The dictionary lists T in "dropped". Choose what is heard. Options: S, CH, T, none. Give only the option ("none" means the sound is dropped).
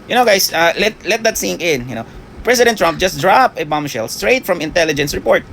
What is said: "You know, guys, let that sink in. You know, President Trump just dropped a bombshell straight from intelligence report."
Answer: none